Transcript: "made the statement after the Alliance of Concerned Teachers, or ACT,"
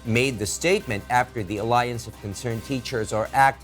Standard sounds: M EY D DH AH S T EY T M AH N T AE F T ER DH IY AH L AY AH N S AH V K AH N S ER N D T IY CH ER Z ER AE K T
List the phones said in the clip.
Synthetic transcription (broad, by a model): M EY D DH AH S T EY T M AH N T AE F T ER DH IY AH L AY AH N S AH V K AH N S ER N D T IY CH ER Z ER AE K T